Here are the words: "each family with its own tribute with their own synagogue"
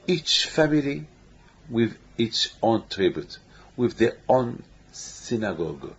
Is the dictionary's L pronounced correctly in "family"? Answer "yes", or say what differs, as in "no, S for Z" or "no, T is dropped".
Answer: yes